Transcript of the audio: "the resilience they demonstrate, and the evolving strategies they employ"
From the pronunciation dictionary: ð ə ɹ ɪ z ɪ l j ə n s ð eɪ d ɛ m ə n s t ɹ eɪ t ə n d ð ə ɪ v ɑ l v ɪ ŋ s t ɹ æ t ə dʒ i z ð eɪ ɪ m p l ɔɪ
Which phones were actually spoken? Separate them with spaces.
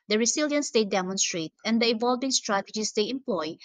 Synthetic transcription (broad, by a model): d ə ɹ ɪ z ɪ l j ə n s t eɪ d ɛ m ə n s t ɹ eɪ t ə n d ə ɪ v ɑ l v ɪ ŋ s t ɹ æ t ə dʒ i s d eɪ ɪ m p l ɔɪ